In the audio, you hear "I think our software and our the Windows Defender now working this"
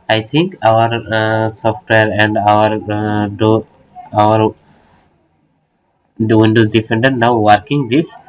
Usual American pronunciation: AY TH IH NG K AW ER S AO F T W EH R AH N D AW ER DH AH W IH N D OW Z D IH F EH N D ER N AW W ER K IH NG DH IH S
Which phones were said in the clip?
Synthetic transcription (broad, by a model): AY T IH NG K AW ER S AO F T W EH R AH N D AW ER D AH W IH N D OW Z D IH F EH N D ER N AW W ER K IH NG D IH S